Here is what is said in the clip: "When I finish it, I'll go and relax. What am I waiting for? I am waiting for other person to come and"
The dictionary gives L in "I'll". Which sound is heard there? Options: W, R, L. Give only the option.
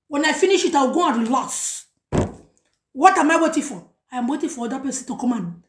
W